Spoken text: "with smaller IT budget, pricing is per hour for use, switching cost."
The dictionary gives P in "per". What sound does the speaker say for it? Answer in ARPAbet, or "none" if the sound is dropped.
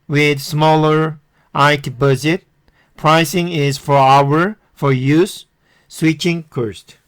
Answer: F